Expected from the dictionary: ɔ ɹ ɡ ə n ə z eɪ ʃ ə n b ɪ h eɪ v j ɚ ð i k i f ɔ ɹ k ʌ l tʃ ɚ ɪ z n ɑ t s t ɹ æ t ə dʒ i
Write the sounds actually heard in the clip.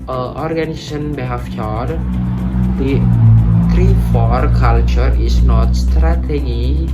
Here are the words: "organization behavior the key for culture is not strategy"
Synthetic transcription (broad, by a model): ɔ ɹ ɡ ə n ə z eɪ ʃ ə n b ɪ h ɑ f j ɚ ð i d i f ɔ ɹ k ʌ l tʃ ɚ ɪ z n ɑ t s t ɹ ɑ t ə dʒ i